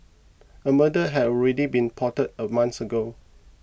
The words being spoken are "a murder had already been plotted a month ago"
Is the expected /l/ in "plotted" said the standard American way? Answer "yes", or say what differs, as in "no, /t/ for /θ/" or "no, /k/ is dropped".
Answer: no, /l/ is dropped